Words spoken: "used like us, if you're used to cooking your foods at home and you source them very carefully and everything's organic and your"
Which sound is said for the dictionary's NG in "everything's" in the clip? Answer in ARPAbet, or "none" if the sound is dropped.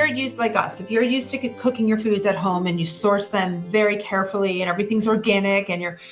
NG